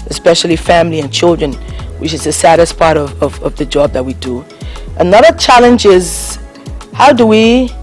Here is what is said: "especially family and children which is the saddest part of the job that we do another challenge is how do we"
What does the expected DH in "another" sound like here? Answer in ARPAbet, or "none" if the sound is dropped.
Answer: DH